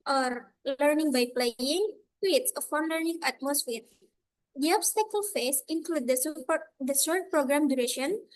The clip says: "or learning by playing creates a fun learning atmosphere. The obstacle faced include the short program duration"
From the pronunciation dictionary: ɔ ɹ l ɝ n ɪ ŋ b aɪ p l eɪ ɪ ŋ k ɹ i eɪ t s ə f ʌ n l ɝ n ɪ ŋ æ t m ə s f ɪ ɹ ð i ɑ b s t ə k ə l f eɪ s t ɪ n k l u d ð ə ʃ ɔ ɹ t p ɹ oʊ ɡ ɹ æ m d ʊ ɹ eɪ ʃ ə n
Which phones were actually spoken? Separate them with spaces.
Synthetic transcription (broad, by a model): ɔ ɹ l ɝ n ɪ ŋ b aɪ p l eɪ ɪ ŋ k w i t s ə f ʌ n l ɝ n ɪ ŋ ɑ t m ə s f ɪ ɹ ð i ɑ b s t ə k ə l f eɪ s ɪ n k l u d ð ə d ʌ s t p ɹ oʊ ɡ ɹ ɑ m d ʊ ɹ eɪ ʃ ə n